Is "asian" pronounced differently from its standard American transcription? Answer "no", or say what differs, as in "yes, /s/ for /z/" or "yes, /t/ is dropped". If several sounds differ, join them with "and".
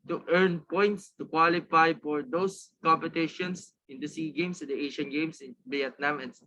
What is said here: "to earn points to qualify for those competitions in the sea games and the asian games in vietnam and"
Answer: yes, /ʃ/ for /ʒ/